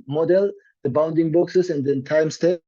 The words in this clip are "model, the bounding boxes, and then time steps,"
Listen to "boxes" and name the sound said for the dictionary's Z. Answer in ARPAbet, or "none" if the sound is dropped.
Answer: S